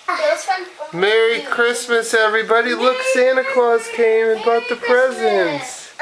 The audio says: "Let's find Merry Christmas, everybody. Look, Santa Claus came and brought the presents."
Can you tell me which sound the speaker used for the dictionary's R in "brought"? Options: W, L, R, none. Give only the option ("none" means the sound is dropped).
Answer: none